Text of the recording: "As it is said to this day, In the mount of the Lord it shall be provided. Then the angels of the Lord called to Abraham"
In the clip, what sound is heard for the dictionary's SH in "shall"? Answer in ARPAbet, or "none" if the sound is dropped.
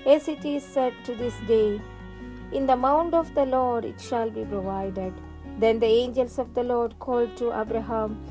SH